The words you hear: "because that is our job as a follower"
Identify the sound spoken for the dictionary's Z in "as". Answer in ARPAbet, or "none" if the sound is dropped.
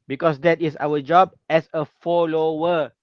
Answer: S